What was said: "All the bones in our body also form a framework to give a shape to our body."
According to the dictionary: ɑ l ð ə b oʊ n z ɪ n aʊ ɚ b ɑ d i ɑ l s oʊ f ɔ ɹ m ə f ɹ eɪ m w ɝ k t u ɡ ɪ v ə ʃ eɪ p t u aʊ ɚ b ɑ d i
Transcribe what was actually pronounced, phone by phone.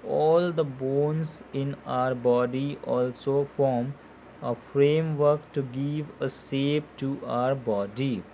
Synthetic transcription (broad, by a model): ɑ l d ə b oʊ n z ɪ n aʊ ɚ b ɑ d i ɑ l s oʊ f ɔ ɹ m ə f ɹ eɪ m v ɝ k t u ɡ ɪ v ə s eɪ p t u aʊ ɚ b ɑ d i